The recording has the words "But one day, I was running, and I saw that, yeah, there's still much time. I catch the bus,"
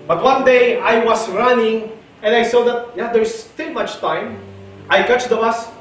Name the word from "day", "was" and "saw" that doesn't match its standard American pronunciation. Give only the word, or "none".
was